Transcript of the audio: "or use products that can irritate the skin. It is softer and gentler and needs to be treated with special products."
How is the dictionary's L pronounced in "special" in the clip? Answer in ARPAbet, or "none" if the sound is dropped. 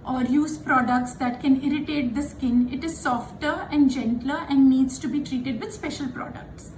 L